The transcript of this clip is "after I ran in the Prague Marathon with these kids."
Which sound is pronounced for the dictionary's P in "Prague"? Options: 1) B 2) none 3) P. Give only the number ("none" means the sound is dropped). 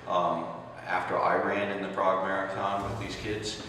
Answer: 1